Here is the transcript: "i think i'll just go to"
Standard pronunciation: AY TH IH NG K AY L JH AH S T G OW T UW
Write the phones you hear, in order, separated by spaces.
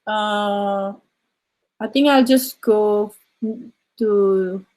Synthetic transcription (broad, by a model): AY T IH NG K AY L JH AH S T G OW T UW